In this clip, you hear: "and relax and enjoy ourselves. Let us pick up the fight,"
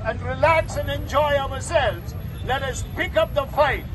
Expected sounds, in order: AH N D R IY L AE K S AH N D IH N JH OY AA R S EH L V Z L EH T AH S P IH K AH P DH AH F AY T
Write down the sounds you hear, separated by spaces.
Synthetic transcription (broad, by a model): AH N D R IY L AE K S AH N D IH N JH OY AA R S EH L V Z L EH T AH S P IH K AH P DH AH F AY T